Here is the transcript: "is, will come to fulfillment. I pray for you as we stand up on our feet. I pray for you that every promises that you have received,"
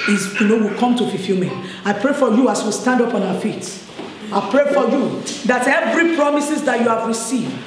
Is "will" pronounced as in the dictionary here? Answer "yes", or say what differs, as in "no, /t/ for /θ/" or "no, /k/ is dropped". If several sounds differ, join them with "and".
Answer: no, /w/ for /l/